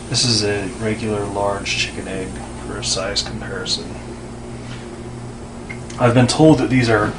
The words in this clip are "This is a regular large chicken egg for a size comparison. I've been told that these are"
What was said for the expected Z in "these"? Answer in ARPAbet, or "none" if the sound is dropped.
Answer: Z